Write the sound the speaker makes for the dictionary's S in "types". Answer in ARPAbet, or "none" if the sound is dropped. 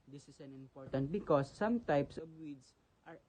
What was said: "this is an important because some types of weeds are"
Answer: S